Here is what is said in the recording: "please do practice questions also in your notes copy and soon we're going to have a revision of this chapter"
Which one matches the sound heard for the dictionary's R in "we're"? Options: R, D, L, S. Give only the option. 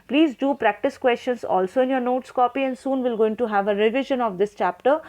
L